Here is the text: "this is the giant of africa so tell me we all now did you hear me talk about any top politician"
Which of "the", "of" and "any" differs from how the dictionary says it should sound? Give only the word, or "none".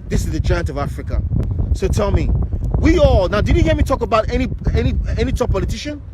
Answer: none